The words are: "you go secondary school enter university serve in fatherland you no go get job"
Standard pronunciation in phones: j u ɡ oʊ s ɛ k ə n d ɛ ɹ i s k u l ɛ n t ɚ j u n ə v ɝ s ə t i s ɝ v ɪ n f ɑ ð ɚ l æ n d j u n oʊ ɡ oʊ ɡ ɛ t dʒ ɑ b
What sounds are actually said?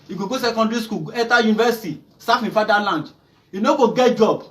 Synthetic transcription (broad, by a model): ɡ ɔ ɡ oʊ s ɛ k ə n d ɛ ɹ i s k u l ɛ t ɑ j u n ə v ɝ s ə t i s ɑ f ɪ f ɑ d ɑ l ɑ n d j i n oʊ ɡ oʊ ɡ ɛ t dʒ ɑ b